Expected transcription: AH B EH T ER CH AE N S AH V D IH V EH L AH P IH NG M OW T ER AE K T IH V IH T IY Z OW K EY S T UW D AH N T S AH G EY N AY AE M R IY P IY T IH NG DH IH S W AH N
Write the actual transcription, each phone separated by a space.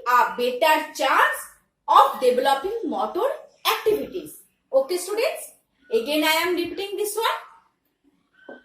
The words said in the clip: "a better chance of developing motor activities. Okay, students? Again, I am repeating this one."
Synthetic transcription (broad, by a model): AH B EH T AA CH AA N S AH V D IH B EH L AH P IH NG M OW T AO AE K T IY B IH T IY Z OW K EY S T UW D AH N T S AH G EY N AY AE M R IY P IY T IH NG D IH S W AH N